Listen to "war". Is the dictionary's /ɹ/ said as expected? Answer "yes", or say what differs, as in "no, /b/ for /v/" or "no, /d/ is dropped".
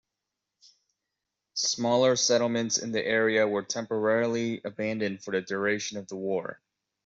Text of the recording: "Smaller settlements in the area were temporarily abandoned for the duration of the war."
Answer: yes